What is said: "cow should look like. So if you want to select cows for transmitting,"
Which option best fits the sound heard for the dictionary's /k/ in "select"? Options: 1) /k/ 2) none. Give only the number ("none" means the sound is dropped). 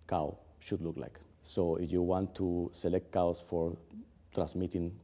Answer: 1